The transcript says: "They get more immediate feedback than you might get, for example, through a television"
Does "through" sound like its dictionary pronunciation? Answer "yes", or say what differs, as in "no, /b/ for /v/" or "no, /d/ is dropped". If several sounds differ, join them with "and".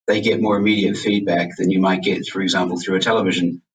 yes